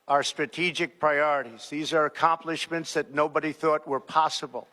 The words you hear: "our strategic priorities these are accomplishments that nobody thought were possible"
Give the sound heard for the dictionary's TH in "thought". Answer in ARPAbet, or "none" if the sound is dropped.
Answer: TH